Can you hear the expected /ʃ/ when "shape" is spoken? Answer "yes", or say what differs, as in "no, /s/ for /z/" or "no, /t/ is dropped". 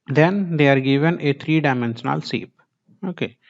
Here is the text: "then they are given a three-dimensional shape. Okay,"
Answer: no, /s/ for /ʃ/